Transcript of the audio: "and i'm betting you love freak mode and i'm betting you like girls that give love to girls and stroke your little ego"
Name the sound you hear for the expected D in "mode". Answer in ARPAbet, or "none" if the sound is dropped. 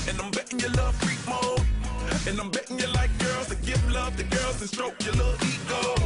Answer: none